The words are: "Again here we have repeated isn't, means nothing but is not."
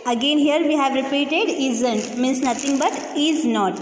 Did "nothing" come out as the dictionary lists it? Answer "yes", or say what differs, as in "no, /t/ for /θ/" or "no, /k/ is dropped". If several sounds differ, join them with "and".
no, /t/ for /θ/